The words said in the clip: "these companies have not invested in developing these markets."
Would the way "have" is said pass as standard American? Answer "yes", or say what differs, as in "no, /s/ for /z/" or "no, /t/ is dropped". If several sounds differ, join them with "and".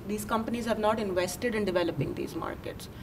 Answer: yes